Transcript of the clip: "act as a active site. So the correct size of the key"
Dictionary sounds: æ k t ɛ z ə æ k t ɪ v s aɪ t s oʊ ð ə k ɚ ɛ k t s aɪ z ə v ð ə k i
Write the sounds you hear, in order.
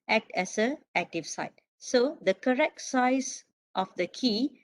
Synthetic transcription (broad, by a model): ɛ k t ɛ s ə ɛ k t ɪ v s aɪ t s oʊ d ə k ɚ ɛ k t s aɪ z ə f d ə k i